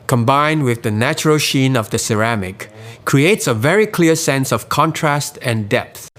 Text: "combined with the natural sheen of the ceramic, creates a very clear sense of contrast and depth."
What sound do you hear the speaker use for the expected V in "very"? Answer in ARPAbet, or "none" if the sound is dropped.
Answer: V